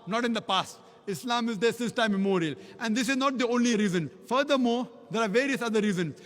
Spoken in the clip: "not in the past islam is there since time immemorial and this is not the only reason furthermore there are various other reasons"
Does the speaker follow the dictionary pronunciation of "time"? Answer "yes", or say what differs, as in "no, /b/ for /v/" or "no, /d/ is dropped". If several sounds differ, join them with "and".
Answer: no, /m/ is dropped